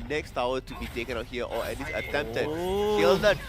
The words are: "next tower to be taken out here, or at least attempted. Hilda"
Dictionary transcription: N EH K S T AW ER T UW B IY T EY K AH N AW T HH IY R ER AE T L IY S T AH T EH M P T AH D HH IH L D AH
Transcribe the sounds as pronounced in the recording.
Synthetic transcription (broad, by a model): N EH K S T AW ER T UW B IY T EY K AH N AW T HH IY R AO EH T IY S AH T EH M P T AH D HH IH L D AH